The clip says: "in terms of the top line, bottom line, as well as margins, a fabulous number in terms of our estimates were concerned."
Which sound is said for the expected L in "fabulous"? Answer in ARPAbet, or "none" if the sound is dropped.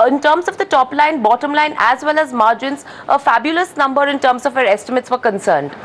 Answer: L